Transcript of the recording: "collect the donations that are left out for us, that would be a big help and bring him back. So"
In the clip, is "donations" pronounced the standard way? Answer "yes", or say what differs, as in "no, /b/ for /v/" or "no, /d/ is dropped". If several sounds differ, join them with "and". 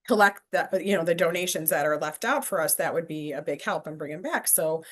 yes